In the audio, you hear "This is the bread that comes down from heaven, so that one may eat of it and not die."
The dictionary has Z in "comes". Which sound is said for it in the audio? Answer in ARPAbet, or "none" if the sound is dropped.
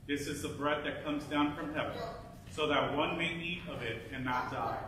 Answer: Z